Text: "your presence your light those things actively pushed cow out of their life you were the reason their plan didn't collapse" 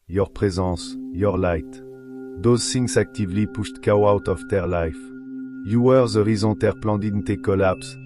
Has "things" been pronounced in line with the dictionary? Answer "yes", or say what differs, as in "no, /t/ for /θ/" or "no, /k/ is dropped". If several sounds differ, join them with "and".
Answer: no, /s/ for /θ/ and /s/ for /z/